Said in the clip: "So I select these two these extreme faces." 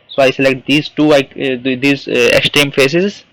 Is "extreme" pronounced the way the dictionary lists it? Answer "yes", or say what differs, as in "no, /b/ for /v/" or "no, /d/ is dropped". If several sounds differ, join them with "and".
no, /ɹ/ is dropped